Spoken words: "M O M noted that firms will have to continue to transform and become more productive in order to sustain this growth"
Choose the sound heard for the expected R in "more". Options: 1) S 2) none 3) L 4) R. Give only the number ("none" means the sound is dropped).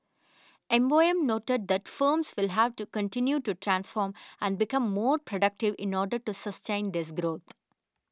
4